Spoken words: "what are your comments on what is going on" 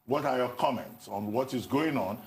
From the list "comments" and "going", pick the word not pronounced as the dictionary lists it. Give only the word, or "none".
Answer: none